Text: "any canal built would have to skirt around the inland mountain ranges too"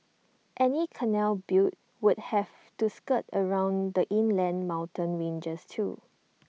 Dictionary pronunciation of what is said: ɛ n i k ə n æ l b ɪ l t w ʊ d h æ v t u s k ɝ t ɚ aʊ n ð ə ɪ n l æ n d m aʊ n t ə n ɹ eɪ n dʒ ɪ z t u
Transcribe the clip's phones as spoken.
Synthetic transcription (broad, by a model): ɛ n i k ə n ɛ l b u t w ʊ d h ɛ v t u s k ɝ t ɚ aʊ n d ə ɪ n l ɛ n m aʊ n t ə n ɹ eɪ n dʒ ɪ s t u